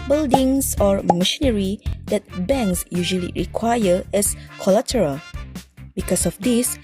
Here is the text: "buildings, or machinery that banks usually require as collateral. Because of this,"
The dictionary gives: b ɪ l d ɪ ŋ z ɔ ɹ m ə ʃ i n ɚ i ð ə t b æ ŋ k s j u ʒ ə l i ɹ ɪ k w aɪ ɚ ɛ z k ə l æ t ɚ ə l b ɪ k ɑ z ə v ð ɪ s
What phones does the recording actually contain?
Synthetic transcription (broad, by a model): b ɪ l d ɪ ŋ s ɔ ɹ m ə ʃ i n ɚ i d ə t b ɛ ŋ k s j u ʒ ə l i ɹ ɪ k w aɪ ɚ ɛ s k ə l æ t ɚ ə l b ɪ k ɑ s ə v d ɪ s